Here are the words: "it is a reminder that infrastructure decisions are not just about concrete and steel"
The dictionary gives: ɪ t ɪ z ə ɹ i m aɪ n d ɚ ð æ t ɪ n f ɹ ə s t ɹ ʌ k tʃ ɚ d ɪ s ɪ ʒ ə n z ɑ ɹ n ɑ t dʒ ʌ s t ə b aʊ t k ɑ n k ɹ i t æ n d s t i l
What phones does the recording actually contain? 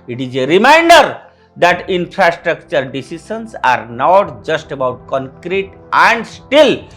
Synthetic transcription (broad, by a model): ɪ t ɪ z ə ɹ i m aɪ n d ɚ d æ t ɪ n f ɹ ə s t ɹ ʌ k tʃ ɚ d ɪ s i s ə n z ɑ ɹ n ɑ t dʒ ʌ s t ə b aʊ t k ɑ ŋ k ɹ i t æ n d s t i l